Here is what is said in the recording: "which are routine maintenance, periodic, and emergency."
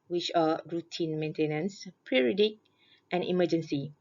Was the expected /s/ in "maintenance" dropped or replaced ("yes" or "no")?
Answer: no